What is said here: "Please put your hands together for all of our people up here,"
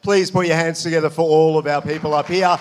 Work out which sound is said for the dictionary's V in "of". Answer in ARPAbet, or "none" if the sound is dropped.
V